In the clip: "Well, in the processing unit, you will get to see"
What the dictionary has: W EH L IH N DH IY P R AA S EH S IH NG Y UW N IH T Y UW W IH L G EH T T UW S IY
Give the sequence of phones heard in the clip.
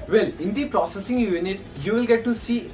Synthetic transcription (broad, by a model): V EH L IH N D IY P R AA S EH S IH NG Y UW N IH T Y UW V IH L G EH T T UW S IY